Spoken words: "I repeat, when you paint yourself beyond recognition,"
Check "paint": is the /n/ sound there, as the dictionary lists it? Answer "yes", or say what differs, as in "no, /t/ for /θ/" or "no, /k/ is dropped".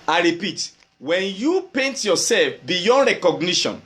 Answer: yes